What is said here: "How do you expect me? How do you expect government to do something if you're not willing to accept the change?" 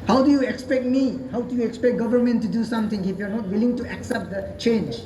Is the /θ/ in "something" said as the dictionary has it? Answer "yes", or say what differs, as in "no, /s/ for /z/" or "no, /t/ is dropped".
no, /t/ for /θ/